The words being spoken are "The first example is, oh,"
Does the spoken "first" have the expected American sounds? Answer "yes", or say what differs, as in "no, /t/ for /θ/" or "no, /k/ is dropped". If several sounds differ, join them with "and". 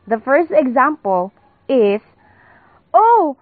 yes